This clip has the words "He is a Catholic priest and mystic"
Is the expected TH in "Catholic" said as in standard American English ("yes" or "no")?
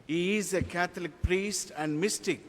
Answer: no